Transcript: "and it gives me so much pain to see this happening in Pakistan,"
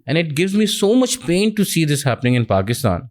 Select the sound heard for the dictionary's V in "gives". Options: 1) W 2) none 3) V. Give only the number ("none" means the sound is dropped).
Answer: 3